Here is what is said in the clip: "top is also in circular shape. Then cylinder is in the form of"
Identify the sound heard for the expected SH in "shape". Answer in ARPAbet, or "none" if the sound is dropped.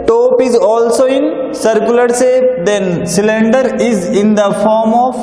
S